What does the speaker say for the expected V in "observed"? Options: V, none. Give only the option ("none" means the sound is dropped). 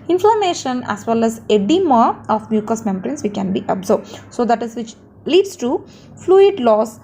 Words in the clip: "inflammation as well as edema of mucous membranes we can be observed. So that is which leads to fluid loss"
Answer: none